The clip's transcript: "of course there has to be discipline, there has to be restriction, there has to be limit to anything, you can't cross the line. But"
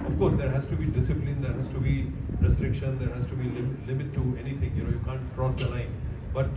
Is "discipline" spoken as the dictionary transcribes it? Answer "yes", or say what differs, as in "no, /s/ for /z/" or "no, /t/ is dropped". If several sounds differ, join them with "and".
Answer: yes